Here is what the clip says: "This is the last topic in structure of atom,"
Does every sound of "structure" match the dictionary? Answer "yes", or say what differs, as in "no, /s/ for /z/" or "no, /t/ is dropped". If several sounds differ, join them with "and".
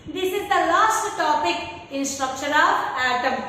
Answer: no, /ʃ/ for /tʃ/